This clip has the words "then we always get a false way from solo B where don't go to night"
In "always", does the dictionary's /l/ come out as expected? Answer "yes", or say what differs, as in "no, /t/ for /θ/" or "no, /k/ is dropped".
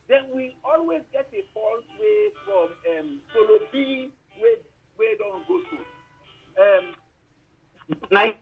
yes